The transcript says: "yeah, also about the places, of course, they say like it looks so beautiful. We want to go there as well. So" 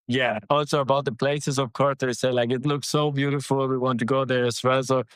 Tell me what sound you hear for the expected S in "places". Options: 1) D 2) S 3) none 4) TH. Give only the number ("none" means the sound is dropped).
2